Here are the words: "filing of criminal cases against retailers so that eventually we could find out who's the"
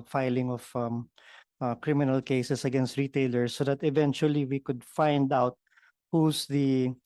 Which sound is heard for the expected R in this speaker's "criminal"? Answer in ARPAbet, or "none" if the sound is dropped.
R